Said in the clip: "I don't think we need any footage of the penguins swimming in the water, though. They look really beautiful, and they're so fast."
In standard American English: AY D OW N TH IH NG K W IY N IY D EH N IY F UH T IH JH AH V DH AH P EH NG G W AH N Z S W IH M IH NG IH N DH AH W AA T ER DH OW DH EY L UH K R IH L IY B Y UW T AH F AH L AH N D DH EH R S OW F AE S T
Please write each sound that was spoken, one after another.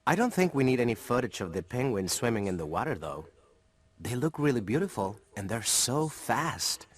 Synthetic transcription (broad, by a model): AY D OW N TH IH NG K W IY N IY D EH N IY F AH T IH CH AH V DH AH P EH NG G W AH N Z S W IH M IH NG IH N DH AH W AA T ER DH OW DH EY L UH K R IH L IY B Y UW T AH F L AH N DH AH R S OW F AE S T